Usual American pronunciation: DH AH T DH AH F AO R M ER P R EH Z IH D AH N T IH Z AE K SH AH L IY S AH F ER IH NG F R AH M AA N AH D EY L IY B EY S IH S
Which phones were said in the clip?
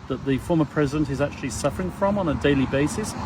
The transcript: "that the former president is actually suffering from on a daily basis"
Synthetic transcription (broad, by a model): DH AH T DH AH F AO M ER P R EH Z IH D AH N T IH Z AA K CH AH L IY S AH F ER IH NG F R AH M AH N AH D EY L IY B EY S IH S